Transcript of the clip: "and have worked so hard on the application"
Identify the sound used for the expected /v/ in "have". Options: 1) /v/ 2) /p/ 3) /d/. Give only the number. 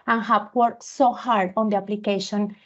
2